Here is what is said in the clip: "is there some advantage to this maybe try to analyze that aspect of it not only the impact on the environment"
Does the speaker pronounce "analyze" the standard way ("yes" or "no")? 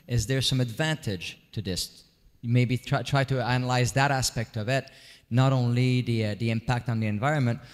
yes